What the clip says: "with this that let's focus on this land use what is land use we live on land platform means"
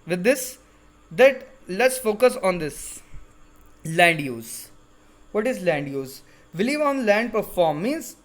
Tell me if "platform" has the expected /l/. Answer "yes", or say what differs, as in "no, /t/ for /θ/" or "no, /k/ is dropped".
no, /l/ is dropped